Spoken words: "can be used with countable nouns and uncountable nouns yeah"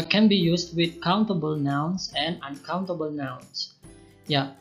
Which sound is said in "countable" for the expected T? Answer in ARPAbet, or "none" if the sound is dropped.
T